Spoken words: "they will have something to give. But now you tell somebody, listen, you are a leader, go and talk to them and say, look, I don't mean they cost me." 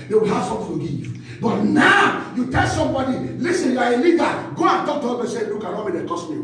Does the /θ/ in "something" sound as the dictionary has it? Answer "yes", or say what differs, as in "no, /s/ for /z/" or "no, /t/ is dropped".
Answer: no, /f/ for /θ/